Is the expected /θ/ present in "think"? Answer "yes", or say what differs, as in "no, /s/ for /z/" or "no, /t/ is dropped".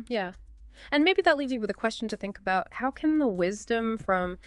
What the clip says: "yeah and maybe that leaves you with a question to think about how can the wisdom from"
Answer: yes